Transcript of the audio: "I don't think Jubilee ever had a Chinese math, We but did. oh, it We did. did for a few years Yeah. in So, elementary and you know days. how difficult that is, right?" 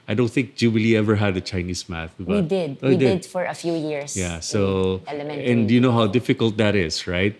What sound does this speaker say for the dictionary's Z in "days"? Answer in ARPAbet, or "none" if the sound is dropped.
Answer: none